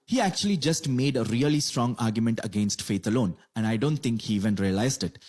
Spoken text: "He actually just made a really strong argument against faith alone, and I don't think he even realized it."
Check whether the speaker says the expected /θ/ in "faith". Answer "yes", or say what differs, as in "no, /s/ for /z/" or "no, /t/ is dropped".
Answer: no, /t/ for /θ/